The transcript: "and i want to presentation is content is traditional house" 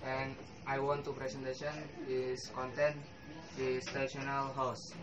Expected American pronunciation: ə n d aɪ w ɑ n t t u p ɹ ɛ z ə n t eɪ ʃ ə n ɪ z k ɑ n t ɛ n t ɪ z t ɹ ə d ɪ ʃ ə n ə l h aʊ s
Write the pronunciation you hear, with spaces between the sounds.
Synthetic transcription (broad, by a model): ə n aɪ w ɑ n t t u p ɹ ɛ s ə n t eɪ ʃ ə n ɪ s k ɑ n t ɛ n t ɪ s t ə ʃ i ə n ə l h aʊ s